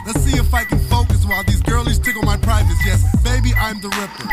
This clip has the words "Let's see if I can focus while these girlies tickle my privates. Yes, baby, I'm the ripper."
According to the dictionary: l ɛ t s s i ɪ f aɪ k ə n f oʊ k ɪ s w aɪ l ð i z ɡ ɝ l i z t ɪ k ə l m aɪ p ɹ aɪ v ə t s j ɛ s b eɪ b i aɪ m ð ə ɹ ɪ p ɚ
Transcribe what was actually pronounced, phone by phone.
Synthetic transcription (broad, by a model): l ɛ t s s i ɪ f aɪ k ə n f oʊ k ɪ s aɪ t ð i z ɡ ɝ l i z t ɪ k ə n m aɪ p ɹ aɪ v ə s j ɛ s b eɪ b i aɪ m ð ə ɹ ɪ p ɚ